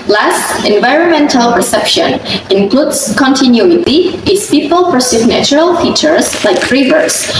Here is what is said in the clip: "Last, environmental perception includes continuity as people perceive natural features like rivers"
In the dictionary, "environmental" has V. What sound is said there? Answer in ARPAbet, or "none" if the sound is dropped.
V